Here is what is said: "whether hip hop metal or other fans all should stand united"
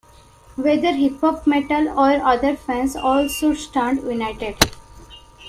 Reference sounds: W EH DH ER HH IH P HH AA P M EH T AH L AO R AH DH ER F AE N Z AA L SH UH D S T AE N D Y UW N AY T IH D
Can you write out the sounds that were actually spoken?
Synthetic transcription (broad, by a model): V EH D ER HH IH P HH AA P M EH T AH L AO R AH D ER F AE N S AA L S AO S T AE N D Y UW N AY T IH D